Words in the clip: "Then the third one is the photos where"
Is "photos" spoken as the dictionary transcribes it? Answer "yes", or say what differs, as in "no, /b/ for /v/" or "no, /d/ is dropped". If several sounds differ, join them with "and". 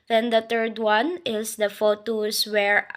no, /s/ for /z/